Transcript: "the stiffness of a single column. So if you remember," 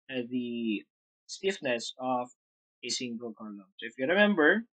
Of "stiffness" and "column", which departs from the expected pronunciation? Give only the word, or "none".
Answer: none